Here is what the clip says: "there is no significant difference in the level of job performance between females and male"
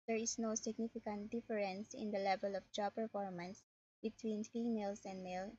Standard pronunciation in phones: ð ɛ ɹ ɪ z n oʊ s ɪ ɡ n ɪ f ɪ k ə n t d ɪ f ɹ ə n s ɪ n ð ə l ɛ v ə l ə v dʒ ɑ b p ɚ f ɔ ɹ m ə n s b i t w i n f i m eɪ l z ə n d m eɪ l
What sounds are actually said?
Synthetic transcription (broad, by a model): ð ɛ ɹ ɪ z n oʊ s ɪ ɡ n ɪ f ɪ k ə n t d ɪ f ɹ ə n s ɪ n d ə l ɛ v ə l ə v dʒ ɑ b p ɚ f ɔ ɹ m ə n s b i t w i n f i m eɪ l s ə n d m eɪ l